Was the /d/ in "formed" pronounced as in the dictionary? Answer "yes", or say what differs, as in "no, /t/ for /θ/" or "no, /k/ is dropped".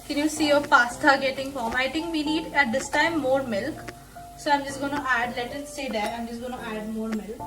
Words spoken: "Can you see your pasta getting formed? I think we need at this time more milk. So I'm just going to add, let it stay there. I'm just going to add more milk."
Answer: no, /d/ is dropped